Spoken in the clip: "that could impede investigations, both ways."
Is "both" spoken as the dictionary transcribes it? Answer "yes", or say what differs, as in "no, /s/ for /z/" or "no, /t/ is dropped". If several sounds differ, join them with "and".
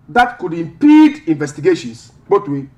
no, /t/ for /θ/